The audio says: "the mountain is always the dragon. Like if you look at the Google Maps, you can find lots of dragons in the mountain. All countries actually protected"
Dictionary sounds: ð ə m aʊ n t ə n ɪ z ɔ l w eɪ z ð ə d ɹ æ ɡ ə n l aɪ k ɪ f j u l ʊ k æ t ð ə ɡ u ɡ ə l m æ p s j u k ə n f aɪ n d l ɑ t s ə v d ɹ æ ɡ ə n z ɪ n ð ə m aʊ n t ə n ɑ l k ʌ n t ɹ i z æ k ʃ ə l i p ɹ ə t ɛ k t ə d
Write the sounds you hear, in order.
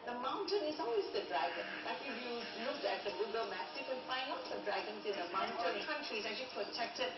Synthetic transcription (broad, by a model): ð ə m aʊ n t ə n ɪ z ɔ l w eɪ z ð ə d ɹ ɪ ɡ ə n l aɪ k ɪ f j u n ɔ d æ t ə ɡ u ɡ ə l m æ s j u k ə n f aɪ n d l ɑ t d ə d ɹ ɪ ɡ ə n s ɪ n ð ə m aʊ n t ə n k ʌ n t ɹ i s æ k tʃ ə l i p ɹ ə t ɛ k t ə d